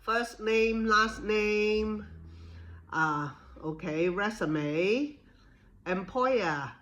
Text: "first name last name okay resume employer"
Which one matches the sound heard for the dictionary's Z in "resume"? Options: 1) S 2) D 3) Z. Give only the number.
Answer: 1